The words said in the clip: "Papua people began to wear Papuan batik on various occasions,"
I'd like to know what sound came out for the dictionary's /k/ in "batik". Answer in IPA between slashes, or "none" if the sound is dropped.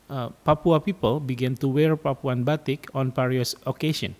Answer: /k/